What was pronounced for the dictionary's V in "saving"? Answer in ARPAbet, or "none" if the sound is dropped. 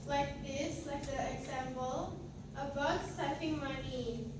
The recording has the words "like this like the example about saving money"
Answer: F